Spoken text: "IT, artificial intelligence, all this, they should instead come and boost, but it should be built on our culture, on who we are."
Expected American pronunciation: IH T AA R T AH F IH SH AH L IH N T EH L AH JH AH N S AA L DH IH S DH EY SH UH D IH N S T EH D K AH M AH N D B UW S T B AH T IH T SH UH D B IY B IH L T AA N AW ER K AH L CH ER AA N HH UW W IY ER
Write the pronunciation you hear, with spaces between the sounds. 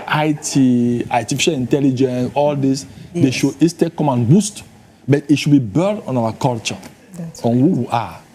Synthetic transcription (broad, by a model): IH T AA T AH F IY SH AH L IH N T EH L AH JH AH N S AA L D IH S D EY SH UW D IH S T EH K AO M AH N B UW S T B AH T IH T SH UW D B IY B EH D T AA N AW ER K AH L CH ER AA N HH UW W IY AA